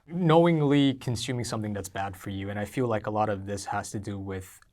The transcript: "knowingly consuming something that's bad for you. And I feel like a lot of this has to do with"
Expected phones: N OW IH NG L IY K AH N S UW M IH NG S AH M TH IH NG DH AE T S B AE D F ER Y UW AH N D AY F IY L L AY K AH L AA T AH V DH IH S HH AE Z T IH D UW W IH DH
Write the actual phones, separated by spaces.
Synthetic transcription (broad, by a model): N OW IH NG L IY K N S UW M IH NG S AH M TH IH NG DH AE T S B AE D F ER Y UW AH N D AY F IY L L AY K AH L AA T AH V DH IH S HH AE Z T IH D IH W IH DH